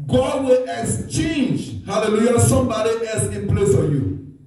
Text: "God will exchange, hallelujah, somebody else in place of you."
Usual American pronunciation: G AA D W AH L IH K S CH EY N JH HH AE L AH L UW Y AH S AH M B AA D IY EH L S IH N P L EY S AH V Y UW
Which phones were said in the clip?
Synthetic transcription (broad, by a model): G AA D W AH L IH K S CH EY N JH HH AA L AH L UW Y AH S AH M B AA D IY EH L S IH N P L EY S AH Y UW